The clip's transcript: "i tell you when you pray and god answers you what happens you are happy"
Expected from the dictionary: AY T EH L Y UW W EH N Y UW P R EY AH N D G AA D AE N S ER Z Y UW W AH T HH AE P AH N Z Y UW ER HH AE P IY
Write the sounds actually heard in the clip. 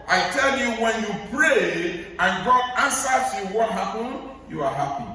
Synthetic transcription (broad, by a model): AY T EH L Y UW W EH N Y UW P R EY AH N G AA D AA N S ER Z Y UW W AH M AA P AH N Y UW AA HH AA P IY